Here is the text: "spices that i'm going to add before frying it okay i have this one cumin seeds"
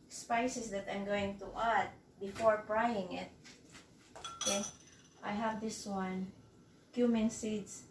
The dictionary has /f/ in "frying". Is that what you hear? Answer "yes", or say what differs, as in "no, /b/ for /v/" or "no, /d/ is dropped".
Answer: no, /p/ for /f/